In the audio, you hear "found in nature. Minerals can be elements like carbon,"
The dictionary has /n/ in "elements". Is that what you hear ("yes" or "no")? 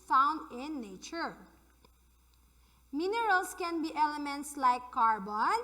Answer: yes